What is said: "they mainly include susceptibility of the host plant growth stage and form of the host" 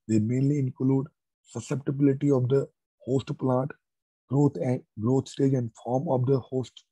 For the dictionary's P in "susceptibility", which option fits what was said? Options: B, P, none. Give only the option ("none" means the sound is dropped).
P